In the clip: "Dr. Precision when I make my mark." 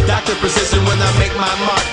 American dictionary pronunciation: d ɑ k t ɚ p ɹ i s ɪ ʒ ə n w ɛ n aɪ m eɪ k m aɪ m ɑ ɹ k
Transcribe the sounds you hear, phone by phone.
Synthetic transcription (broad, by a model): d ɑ k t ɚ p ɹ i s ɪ s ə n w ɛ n aɪ m eɪ k m aɪ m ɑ